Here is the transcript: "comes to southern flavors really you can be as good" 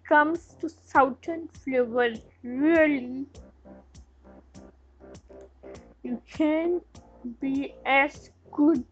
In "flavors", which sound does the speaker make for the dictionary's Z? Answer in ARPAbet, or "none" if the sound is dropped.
none